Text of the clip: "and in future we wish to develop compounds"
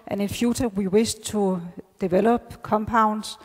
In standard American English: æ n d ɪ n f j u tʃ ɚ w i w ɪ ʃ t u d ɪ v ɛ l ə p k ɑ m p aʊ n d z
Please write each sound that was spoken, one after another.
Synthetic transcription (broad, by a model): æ n ɪ n f j u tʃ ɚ w i w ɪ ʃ s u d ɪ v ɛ l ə b k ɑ m p aʊ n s